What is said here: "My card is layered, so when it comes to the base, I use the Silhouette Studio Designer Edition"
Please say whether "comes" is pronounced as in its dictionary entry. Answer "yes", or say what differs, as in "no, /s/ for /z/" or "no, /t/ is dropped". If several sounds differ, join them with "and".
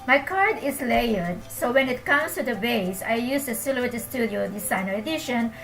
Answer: no, /s/ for /z/